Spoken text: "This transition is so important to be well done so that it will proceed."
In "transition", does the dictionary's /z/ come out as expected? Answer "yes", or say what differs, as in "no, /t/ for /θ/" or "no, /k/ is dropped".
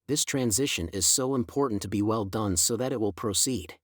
yes